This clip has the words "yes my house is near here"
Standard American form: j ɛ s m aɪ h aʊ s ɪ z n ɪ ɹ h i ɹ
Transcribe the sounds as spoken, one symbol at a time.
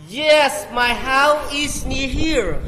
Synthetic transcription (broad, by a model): j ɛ s m aɪ h aʊ ɪ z n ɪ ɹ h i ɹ